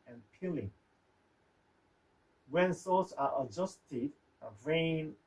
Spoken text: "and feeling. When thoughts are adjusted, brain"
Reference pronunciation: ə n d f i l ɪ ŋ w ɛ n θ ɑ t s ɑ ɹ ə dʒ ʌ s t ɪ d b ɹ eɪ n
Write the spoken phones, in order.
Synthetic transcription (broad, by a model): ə n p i l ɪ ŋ w ɛ n s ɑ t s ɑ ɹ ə dʒ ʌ s t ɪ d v ɹ eɪ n